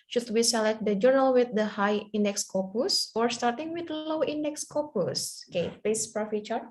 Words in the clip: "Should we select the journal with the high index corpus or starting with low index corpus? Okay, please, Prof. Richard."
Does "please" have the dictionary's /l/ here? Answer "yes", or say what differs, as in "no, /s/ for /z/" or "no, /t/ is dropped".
no, /l/ is dropped